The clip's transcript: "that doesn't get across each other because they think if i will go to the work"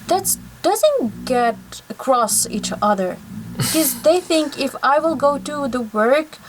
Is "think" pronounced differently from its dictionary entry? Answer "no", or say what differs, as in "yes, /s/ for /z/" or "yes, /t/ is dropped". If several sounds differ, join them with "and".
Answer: no